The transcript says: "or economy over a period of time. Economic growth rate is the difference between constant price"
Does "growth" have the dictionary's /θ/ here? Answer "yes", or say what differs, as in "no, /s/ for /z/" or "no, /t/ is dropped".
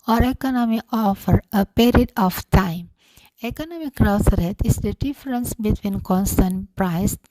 no, /s/ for /θ/